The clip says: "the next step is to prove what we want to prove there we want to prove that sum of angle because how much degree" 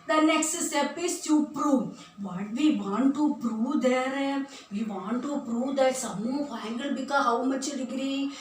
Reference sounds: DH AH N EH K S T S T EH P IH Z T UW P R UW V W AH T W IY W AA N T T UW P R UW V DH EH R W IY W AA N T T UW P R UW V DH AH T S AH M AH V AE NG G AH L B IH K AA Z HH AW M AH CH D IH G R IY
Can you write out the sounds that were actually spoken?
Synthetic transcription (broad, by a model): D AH N EH K S T S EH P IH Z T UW P R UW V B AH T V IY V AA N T T UW P R UW V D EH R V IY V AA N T T UW P R UW V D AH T S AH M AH F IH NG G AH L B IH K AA HH AW M AH CH D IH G R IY